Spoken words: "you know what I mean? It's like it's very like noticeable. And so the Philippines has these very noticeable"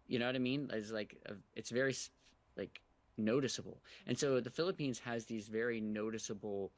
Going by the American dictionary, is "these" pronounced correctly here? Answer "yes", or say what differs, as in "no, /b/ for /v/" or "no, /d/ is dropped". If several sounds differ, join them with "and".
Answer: yes